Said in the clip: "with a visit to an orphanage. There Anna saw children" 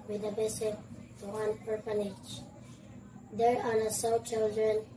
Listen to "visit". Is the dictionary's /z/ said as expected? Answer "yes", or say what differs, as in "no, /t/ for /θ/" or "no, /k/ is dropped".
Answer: no, /s/ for /z/